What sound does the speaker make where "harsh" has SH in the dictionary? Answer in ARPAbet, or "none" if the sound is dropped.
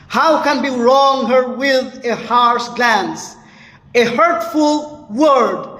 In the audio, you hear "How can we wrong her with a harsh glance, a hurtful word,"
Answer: S